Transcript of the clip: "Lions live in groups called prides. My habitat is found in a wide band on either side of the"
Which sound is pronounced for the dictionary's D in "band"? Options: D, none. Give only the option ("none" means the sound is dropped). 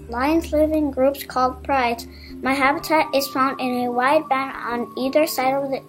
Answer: none